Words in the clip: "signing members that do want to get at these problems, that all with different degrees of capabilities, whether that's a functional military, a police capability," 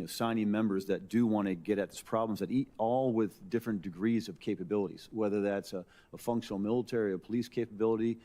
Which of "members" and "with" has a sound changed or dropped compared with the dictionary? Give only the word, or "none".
none